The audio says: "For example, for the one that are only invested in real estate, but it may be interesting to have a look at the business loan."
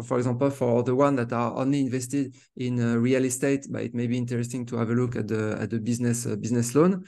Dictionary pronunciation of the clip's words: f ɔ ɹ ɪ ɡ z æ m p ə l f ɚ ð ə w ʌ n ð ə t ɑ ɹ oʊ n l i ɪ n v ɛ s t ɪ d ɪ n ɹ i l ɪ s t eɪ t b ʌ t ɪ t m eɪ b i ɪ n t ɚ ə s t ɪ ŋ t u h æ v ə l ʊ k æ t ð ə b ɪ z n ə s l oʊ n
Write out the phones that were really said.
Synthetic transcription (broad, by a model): f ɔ ɹ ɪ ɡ z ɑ p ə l f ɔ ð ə w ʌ n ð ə t ɑ ɹ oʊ n l i ɪ n v ɛ s t ɪ d ɪ n ɹ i l ɪ s t eɪ t b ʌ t ɪ t m eɪ b i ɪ n t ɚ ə s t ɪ ŋ t u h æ v ə l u k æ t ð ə b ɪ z n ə s l oʊ n